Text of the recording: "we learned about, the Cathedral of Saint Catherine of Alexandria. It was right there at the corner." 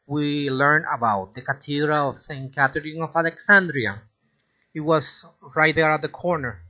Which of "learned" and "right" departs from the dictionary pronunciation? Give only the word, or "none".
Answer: learned